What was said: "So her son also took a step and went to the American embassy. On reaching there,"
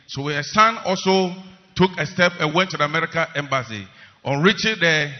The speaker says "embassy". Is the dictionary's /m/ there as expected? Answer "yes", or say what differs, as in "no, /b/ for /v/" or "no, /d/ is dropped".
yes